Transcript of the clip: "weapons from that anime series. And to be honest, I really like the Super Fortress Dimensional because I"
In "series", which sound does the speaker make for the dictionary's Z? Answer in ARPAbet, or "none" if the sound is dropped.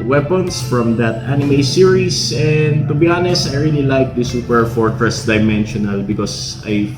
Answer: S